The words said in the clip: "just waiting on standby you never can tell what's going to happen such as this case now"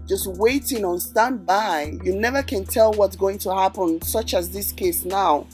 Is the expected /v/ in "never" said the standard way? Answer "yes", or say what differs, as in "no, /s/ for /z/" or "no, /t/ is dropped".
yes